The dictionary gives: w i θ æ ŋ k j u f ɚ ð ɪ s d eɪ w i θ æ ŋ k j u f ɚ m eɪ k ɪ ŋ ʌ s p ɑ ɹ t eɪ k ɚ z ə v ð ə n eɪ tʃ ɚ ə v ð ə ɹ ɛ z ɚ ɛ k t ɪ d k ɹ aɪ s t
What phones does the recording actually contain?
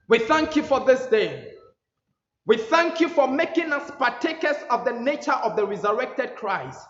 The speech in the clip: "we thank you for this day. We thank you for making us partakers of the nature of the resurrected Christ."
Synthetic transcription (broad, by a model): w i θ æ ŋ k j u f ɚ ð ɪ s d eɪ w i θ æ ŋ k j u f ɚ m eɪ k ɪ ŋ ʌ s p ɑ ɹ t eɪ k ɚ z ə v ð ə n eɪ tʃ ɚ ə v ð ə ɹ ɛ z ɚ ɛ k t ɪ d k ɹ aɪ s t